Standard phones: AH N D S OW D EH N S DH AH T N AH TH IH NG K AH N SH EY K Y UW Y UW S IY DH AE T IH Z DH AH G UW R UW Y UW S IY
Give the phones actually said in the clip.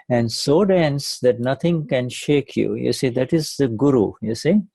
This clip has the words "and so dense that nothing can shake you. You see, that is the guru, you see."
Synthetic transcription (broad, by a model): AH N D S OW D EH N S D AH T N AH T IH NG K AH N SH EY K Y UW Y UW S IY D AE T IH Z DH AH G UW R UW Y UW S IY